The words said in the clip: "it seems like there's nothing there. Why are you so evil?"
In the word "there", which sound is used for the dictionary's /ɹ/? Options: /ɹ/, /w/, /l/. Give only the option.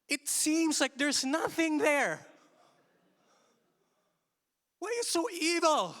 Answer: /ɹ/